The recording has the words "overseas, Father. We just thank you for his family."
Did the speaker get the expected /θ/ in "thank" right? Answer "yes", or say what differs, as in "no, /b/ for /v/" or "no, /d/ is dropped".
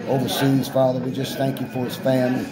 yes